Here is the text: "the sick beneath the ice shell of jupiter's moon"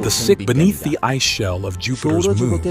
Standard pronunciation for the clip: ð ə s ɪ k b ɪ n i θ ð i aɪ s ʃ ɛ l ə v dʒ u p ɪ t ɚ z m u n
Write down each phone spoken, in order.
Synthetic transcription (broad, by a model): ð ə s ɪ k b ɪ n i θ ð i aɪ s ʃ ɛ l ə v dʒ u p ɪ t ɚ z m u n